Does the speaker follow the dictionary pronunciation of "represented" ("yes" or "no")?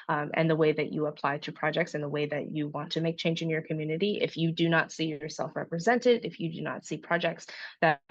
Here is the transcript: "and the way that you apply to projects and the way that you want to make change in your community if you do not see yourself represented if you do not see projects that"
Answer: yes